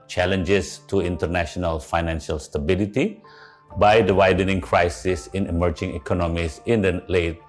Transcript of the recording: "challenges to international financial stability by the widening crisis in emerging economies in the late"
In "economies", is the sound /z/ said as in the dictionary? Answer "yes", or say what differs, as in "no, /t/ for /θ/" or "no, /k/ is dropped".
no, /s/ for /z/